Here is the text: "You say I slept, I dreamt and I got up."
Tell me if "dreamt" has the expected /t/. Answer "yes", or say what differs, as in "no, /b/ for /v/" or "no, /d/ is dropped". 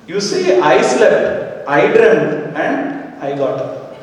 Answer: no, /t/ is dropped